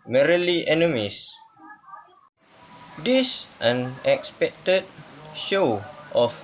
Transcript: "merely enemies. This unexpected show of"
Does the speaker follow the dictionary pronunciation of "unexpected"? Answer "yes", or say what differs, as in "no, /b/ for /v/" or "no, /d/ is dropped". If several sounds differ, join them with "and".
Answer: yes